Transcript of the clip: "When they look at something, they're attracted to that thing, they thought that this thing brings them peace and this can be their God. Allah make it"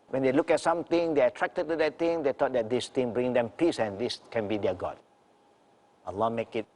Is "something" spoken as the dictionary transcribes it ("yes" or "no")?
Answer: no